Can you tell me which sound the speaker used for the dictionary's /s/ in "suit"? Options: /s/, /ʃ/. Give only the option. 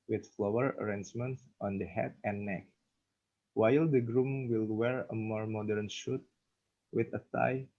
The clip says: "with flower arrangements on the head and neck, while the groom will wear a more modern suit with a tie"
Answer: /ʃ/